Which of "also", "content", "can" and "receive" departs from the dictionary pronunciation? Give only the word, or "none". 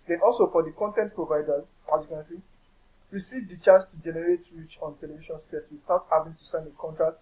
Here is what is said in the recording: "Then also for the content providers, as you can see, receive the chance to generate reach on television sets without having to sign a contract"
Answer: none